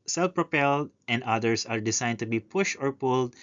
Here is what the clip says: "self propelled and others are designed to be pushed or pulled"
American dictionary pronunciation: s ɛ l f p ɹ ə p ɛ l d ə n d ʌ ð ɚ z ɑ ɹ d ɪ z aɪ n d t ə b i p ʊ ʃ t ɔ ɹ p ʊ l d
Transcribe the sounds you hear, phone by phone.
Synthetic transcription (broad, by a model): s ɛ l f p ɹ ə p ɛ l d ə n d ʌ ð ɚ s ɑ ɹ d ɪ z aɪ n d t ə b i p ʊ ʃ t ɔ ɹ p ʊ l d